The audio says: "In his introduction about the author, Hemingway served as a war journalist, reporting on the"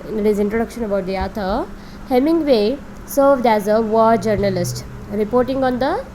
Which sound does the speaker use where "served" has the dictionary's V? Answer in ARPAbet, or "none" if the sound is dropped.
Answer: V